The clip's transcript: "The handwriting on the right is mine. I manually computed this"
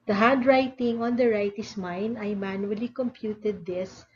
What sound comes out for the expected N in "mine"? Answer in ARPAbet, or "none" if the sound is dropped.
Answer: N